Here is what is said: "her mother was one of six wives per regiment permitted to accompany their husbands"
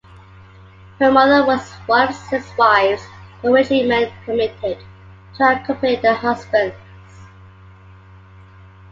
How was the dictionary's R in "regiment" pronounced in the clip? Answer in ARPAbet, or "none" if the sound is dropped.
W